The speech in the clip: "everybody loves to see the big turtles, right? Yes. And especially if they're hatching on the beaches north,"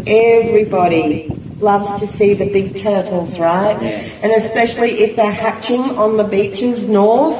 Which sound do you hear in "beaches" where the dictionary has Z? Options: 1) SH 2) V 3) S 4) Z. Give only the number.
4